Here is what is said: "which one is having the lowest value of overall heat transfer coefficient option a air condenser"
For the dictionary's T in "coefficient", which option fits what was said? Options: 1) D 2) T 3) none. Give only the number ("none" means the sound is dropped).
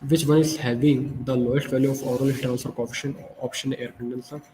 3